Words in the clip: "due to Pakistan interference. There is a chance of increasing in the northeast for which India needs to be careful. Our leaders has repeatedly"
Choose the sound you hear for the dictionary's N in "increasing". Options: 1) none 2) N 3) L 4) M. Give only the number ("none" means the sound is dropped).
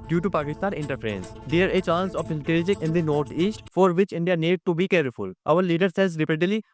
3